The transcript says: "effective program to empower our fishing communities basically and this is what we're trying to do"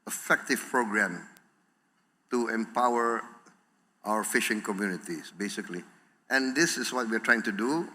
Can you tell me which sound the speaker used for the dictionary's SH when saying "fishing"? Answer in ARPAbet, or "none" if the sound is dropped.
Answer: SH